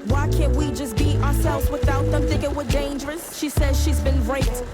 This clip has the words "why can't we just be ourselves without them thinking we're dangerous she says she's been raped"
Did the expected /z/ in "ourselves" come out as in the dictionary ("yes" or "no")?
yes